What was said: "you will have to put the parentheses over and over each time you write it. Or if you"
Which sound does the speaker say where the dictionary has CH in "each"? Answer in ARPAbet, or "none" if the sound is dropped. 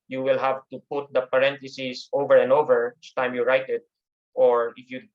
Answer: S